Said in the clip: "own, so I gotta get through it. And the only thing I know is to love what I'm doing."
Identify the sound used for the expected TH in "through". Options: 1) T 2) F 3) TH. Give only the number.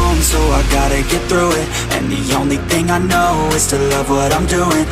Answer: 3